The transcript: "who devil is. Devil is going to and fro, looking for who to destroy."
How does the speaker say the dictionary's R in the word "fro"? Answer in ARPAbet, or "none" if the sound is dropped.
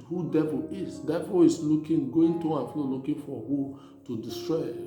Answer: L